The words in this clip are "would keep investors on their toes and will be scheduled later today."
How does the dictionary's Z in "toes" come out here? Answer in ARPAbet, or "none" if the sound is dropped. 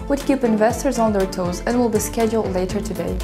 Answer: Z